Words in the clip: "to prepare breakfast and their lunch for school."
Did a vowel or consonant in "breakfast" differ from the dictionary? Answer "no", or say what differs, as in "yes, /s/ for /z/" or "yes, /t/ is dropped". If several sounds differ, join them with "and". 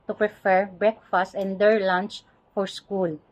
no